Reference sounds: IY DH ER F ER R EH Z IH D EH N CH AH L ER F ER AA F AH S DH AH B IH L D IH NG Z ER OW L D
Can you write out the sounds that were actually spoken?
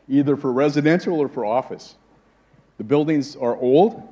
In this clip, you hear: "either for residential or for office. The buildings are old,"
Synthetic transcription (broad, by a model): IY DH ER F ER R EH Z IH D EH N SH L ER F ER AA F AH S DH AH B IH L D IH NG Z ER OW L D